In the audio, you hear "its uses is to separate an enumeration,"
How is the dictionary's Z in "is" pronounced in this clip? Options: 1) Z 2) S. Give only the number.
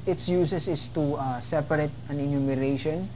2